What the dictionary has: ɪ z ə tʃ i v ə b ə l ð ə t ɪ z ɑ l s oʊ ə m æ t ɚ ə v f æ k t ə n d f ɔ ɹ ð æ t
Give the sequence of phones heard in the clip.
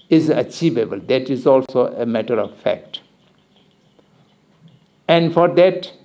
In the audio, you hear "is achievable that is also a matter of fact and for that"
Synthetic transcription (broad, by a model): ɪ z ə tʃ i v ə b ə l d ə t ɪ z ɑ l s oʊ ə m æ t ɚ ə v f æ k t ə n d f ɔ ɹ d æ t